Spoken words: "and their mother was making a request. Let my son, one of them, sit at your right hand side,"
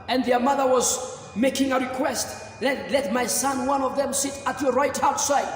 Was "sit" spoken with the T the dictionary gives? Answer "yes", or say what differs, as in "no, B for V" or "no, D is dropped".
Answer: yes